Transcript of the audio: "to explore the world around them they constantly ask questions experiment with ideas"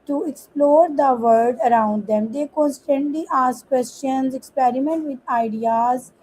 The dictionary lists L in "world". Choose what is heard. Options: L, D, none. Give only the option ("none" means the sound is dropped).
none